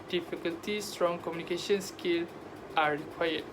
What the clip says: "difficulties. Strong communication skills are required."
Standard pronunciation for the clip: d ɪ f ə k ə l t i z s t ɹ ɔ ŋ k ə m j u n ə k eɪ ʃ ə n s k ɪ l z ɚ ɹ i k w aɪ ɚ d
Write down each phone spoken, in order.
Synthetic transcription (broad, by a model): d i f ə k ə l t i s t ɹ ɔ ŋ k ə m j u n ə k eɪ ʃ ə n s k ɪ l ɑ ɹ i k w aɪ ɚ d